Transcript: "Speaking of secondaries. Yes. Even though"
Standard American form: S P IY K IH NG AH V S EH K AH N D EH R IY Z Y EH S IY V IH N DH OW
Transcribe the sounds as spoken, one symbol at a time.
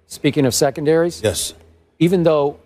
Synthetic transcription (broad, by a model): S P IY K IH NG AH V S EH K AH N D EH R IY Z Y EH S IY V IH N DH OW